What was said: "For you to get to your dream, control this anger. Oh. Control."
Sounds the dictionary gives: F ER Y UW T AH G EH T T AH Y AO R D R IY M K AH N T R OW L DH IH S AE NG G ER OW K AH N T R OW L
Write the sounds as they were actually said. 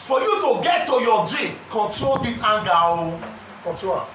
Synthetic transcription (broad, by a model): F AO Y UW T AH G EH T T AH Y AO D R IY M K AH N T R OW L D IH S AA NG G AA OW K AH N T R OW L